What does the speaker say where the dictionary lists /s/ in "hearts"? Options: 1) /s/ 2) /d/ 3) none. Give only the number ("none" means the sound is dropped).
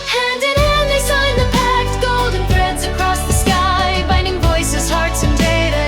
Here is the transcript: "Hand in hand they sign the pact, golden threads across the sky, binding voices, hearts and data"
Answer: 1